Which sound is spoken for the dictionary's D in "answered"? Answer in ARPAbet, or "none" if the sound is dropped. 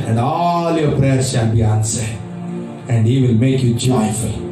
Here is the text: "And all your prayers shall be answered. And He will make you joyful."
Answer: none